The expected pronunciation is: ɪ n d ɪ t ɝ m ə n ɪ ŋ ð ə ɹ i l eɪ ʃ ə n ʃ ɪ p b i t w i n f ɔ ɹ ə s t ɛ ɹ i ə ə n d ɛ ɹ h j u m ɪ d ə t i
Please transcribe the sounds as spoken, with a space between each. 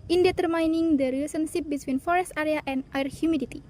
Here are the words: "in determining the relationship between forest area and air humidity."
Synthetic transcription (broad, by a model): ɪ n d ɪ t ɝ m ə n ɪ ŋ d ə ɹ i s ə n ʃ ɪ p b i t w i n f ɔ ɹ ə s t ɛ ɹ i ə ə n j ɹ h j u m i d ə t i